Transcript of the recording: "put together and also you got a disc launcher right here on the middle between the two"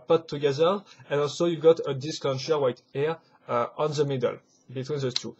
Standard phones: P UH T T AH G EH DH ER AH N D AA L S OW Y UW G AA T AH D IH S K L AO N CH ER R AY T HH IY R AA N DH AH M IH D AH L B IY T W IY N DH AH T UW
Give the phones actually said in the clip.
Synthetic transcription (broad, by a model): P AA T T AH G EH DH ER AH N AA L S OW Y UW G AA T AH D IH S K L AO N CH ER W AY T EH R AA N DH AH M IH D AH L B IY T W IY N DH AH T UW